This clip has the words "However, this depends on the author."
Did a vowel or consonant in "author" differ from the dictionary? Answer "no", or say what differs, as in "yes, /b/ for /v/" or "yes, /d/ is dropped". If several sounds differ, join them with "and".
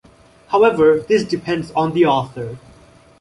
no